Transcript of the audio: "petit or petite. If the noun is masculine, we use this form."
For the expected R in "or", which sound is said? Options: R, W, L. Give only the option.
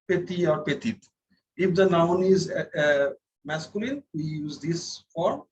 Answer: R